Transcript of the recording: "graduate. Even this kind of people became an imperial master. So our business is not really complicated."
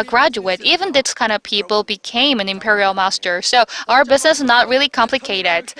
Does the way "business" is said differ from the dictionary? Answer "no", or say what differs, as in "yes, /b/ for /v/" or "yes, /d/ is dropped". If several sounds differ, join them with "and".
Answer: no